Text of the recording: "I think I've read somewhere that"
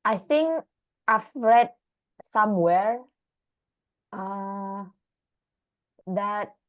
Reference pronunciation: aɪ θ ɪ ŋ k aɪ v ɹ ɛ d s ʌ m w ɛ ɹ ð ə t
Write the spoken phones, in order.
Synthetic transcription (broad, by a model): aɪ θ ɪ ŋ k aɪ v ɹ ɛ d s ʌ m w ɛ ɹ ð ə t